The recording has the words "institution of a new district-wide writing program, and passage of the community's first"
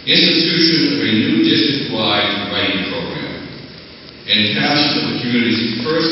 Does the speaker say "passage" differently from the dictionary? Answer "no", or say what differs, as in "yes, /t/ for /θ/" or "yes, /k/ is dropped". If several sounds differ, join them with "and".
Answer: yes, /dʒ/ is dropped